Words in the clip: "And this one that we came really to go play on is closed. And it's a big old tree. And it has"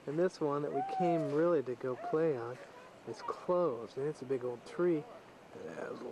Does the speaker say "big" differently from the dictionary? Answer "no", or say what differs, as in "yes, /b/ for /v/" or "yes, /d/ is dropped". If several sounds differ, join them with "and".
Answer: no